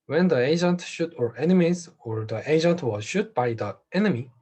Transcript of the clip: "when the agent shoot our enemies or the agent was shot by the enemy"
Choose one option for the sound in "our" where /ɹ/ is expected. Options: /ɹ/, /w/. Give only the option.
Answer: /ɹ/